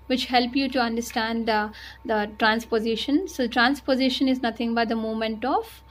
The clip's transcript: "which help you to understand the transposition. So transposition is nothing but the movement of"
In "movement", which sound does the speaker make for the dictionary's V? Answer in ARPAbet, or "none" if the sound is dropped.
none